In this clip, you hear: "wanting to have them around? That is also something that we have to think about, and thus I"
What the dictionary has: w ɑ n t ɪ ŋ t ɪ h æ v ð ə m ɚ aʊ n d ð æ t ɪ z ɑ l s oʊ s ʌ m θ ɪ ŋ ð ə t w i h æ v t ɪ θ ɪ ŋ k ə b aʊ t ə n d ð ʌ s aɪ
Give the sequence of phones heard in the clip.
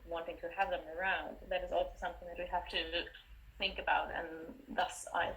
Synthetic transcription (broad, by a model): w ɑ n t ɪ ŋ t ɪ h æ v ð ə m ɚ aʊ n d ð æ t ɪ z ɑ l s oʊ s ʌ m θ ɪ ŋ ð ə t w i h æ f t ɪ θ ɪ ŋ k ə b aʊ t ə n ð ʌ s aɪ